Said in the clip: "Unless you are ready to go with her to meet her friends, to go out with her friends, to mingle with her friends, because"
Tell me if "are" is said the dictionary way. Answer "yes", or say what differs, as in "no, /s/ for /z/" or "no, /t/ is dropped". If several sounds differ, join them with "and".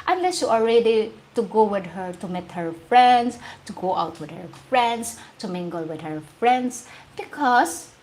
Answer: no, /l/ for /ɹ/